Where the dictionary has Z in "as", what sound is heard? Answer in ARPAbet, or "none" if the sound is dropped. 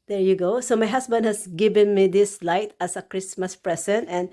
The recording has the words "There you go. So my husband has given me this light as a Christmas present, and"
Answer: S